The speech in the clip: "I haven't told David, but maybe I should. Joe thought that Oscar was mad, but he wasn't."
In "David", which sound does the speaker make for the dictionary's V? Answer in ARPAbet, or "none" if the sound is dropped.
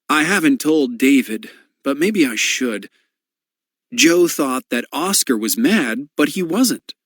V